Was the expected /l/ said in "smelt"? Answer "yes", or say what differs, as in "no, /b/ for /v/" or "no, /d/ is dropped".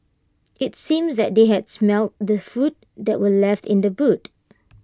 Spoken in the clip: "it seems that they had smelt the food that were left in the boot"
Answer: yes